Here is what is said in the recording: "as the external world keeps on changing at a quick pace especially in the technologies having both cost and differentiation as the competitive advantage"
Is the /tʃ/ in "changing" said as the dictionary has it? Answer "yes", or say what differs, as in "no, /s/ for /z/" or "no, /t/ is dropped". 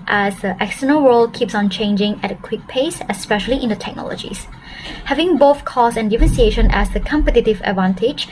yes